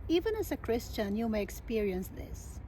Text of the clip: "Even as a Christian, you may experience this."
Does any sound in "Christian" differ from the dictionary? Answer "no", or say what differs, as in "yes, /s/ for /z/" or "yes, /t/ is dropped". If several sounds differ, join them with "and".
no